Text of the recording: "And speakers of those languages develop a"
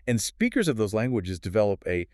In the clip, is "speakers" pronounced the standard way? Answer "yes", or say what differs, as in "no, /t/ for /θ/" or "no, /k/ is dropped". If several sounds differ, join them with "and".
yes